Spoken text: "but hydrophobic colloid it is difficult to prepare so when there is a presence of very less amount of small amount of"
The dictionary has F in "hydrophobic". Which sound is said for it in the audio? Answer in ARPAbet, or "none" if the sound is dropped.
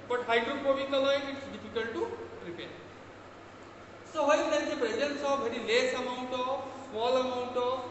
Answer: P